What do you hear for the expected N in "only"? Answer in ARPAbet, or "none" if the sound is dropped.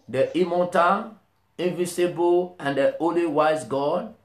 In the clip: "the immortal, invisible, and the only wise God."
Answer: none